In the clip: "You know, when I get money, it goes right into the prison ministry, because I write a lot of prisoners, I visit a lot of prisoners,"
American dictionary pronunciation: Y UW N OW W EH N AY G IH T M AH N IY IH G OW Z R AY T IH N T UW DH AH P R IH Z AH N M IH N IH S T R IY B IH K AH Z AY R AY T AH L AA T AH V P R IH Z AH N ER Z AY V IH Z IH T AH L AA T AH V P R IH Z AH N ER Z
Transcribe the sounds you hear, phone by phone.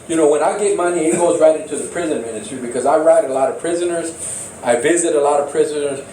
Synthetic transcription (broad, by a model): Y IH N OW W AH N AY G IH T M AH N IY IH G OW Z R AY T IH N T UW DH AH P R IH Z AH N M IH N IH S T R IY B IH K AH Z AY R AY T AH L AA T AH V P R IH Z AH N ER Z AY V IH Z IH T AH L AA T AH V P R IH Z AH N ER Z